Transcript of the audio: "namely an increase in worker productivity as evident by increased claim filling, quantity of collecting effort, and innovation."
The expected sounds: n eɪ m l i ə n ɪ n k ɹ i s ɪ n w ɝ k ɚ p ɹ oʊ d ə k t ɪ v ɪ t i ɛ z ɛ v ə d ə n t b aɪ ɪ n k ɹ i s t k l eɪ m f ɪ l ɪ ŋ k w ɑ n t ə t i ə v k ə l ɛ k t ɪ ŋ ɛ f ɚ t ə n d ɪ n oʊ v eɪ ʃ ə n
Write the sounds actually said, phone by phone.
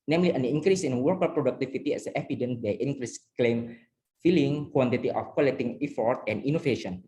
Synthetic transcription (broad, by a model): n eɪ m l i ə n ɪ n k ɹ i s ɪ n w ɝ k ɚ p ɹ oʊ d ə k t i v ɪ t i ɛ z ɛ p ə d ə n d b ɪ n k ɹ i s k l eɪ m f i l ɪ ŋ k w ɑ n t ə t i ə f k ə l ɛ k t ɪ ŋ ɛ f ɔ t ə n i n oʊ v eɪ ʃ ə n